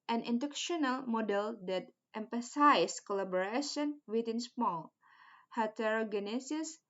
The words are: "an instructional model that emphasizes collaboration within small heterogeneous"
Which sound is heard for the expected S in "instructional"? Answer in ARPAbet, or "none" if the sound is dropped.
none